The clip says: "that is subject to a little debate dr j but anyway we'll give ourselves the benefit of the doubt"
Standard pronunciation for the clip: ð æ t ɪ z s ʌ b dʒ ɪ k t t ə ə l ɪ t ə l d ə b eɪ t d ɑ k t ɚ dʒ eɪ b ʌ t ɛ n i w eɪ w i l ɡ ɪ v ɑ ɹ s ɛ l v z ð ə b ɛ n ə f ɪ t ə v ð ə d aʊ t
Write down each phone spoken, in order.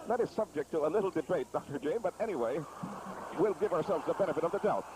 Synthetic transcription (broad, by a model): ð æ t ɪ z s ʌ b dʒ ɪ k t t ə ə l ɪ t l d ə b eɪ t d ɑ k t ɚ dʒ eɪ b ʌ t ɛ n i w eɪ w i l ɡ ɪ v ɑ ɹ s ɛ l v z ð ə b ɛ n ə f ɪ t ə v ð ə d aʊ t